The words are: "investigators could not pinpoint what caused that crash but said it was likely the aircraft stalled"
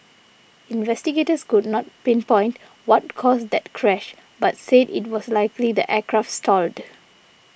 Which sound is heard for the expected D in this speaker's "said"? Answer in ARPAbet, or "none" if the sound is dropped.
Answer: D